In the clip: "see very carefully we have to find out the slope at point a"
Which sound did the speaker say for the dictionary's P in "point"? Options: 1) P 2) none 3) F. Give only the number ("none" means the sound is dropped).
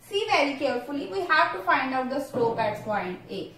3